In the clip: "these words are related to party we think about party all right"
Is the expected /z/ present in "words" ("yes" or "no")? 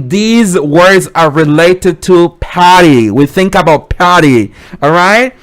yes